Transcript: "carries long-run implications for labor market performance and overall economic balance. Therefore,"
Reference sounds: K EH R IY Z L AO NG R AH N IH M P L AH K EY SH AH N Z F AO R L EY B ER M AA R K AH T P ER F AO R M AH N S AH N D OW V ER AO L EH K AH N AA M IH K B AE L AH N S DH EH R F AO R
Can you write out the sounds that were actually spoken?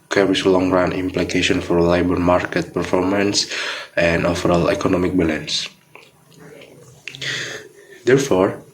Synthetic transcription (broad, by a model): K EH R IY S L AO NG R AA N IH M P L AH K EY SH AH N F AO R L EY B ER M AA R K AH T P ER F AO R M AH N S AH N D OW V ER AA L EH K AH N AA M IH K B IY L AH N S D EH R F AO R